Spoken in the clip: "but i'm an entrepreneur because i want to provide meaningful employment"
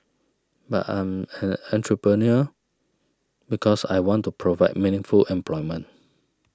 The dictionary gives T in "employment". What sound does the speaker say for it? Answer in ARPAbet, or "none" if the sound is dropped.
none